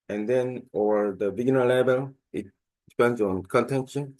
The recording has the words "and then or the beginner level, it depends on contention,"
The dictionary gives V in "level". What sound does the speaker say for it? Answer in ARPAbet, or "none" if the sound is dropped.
B